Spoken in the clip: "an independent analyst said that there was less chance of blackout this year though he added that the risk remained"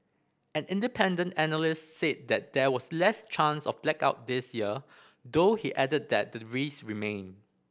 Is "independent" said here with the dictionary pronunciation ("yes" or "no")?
yes